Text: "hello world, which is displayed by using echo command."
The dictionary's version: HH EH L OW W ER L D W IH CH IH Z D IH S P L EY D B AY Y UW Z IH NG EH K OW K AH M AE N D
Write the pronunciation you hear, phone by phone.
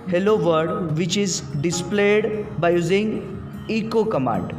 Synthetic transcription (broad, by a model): HH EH L OW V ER D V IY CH IH Z D IH S P L EY D B AY Y UW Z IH NG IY K OW K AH M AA N D